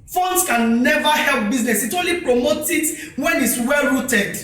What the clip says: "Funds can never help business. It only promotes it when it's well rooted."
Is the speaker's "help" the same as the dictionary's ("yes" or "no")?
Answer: yes